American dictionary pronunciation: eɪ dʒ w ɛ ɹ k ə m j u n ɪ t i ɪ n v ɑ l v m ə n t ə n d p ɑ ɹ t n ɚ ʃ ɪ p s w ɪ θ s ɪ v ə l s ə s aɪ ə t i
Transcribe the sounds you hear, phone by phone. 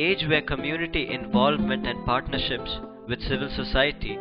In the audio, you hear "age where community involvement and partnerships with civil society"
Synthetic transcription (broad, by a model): eɪ dʒ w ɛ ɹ k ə m j u n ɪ t i ɪ n v ɑ l v m ə n t ə n d p ɑ ɹ t n ɚ ʃ ɪ p s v ɪ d s ɪ v ə l s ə s aɪ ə t i